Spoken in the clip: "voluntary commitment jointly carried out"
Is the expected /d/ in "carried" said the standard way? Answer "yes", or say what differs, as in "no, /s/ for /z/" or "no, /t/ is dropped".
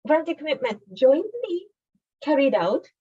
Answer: yes